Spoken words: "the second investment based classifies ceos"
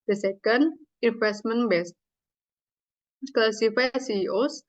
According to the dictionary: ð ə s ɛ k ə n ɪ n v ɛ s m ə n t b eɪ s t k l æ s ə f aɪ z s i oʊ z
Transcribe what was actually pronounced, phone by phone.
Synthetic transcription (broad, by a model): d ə s ɛ k ə n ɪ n f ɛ s m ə n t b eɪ s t k l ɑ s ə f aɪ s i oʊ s